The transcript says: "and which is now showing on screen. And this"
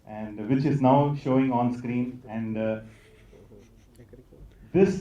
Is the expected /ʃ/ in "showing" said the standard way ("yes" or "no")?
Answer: yes